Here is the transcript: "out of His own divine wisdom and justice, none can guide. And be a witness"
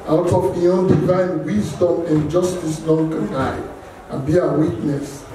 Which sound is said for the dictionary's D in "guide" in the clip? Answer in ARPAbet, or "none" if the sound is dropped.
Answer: none